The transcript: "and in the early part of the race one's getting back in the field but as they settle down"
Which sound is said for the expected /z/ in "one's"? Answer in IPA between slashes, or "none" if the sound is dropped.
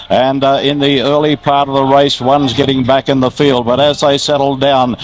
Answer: /z/